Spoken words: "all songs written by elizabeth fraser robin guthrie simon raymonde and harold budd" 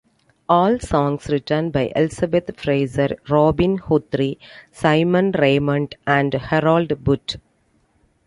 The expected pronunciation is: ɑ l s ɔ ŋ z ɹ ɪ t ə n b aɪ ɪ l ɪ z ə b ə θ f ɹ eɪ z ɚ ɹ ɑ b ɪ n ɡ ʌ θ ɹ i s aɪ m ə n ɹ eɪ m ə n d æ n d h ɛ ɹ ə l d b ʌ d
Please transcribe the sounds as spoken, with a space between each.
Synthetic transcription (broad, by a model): ɑ l s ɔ ŋ s ɹ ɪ t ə n b aɪ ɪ l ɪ s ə b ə t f ɹ eɪ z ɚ ɹ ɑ b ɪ n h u t ɹ i s aɪ m ə n ɹ eɪ m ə n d æ n d h ɛ ɹ ə l d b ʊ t